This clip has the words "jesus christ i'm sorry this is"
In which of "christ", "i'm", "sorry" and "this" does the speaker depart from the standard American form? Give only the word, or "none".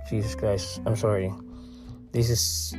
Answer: christ